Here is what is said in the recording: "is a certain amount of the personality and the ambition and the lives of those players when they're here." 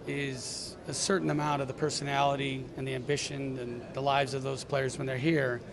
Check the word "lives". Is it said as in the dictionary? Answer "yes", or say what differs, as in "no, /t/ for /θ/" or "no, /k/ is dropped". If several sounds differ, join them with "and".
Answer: yes